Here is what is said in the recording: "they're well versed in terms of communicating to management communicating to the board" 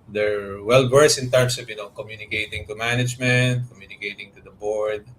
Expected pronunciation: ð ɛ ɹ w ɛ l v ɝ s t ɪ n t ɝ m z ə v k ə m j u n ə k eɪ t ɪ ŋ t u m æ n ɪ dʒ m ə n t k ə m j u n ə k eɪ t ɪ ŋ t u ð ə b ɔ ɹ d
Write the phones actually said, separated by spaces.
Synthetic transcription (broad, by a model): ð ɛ ɹ w ɛ l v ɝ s ɪ n t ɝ m s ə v k ə m j u n ə k eɪ t ɪ ŋ t u m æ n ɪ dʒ m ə n t k ə m j u n ə k eɪ t ɪ ŋ t u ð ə b ɔ ɹ d